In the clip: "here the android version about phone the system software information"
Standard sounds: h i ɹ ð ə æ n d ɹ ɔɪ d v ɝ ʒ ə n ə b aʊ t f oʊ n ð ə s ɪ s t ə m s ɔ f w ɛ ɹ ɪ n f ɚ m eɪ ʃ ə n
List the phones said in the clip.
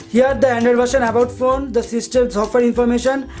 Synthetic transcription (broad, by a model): h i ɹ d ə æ n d ʌ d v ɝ ʃ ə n ə b aʊ t f oʊ n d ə s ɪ s t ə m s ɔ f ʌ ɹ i n f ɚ m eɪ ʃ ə n